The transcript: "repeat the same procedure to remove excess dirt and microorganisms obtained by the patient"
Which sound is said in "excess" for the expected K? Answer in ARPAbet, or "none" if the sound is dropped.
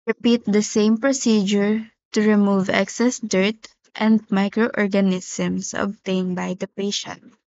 K